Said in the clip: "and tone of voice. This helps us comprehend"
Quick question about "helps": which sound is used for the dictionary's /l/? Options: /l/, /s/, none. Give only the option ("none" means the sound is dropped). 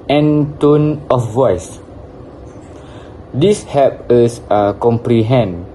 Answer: none